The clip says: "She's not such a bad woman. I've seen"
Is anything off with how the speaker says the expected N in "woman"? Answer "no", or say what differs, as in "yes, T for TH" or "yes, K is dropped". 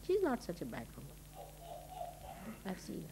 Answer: yes, N is dropped